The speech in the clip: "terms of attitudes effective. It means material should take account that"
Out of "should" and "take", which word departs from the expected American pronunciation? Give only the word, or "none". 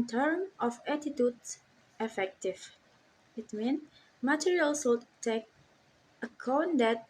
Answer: should